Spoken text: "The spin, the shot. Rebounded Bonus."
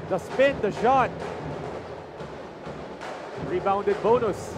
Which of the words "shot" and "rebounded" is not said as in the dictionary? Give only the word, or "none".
none